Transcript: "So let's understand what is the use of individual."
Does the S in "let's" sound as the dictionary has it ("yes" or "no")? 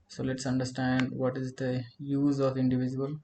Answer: yes